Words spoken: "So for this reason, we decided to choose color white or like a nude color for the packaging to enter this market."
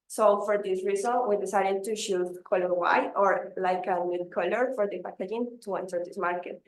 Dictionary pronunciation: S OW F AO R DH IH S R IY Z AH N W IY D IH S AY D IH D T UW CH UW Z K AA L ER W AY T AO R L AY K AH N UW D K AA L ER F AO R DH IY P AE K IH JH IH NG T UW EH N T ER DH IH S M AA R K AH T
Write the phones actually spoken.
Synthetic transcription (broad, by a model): S OW F AO R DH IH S R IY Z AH N W IY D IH S AY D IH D T UW SH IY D K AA L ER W AY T AO R L AY K AH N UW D K AA L ER F AO R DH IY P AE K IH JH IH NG T UW EH N T ER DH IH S M AA R K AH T